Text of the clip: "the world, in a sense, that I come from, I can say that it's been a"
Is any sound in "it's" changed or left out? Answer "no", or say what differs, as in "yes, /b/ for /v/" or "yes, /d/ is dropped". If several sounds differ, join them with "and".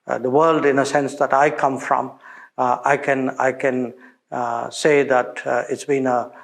no